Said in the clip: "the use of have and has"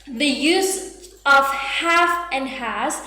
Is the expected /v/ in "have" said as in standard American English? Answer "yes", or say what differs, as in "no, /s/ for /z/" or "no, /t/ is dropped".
no, /f/ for /v/